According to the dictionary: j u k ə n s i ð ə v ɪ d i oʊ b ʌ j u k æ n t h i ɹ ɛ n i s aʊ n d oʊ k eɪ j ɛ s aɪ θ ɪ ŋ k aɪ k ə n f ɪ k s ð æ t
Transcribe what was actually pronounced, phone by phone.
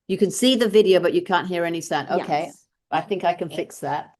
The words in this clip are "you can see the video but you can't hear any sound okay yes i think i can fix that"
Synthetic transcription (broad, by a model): j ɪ k ə n s i ð ə v ɪ d i oʊ b ʌ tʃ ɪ k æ n t h i ɹ ɛ n i s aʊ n oʊ k eɪ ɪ aɪ θ ɪ ŋ k aɪ k ə n f ɪ k s ð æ t